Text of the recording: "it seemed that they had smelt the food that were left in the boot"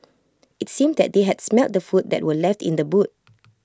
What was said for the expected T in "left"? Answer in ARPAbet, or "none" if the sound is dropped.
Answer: T